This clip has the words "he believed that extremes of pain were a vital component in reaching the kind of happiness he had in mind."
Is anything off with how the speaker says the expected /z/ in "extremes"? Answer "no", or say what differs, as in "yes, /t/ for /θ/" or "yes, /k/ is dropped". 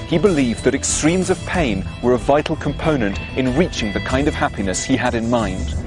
no